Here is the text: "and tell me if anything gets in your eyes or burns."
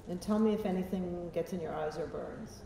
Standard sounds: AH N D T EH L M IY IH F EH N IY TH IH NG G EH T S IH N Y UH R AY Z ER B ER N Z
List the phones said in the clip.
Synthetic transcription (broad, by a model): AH N T EH L M IY IH F EH N IY TH IH NG G EH T S IH N Y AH R AY Z ER B ER N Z